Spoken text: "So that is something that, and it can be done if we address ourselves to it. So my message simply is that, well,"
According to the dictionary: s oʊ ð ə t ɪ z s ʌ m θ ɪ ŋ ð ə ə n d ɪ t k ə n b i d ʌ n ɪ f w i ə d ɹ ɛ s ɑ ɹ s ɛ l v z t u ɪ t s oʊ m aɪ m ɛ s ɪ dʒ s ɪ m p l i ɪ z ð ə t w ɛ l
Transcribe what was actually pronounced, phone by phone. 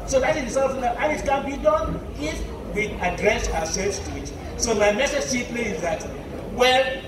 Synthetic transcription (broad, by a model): s oʊ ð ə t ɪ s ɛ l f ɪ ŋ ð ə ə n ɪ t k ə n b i d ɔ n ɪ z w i ə d ɹ ɛ s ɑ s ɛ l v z t u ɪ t s oʊ m aɪ m ɛ s ɪ dʒ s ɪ p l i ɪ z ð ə t w ɛ l